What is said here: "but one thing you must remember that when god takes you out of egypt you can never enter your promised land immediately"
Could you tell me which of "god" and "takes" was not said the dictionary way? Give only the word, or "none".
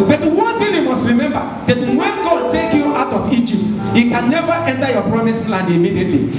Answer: takes